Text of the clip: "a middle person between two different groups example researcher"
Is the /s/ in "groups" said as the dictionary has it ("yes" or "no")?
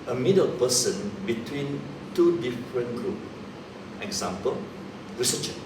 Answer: no